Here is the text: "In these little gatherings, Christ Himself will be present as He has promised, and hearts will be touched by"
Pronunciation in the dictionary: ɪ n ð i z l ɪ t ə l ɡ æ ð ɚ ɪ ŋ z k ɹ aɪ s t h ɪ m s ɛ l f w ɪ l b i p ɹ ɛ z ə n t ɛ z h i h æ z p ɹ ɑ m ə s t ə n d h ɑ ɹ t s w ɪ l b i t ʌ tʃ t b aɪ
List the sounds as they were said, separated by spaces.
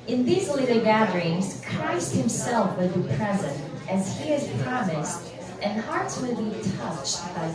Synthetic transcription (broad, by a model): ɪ n ð i z l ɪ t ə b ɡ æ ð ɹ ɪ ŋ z k ɹ aɪ s t h ɪ m s ɛ l f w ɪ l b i p ɹ ɛ z ə n t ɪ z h i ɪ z p ɹ ɑ m ə s t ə n h ɑ ɹ t s w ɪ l b i t ʌ tʃ t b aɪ